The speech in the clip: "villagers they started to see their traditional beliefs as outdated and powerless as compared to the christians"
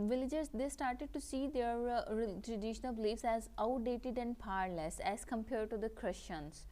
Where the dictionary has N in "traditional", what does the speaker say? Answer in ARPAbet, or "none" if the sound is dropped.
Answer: none